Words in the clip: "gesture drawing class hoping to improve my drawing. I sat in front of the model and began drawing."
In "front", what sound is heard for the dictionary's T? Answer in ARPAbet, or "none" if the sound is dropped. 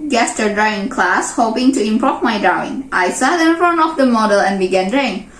none